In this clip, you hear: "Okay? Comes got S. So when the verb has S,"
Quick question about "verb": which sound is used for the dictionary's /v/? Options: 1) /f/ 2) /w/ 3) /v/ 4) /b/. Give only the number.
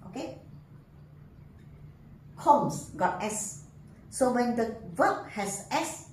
2